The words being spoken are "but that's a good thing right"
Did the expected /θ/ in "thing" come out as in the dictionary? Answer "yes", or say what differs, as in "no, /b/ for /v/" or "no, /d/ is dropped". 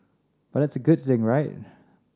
yes